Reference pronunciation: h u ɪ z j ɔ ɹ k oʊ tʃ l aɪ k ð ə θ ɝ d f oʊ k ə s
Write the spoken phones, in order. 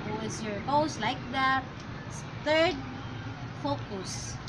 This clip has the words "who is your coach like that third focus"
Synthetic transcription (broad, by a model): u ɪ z j ɔ ɹ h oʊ s l aɪ k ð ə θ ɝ d f oʊ k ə s